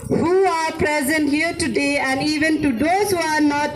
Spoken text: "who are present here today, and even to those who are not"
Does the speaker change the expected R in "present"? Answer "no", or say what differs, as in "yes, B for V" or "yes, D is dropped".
no